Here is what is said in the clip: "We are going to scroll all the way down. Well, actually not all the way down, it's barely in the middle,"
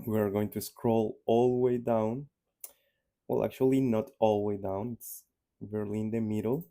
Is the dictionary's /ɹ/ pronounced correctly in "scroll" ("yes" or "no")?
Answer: yes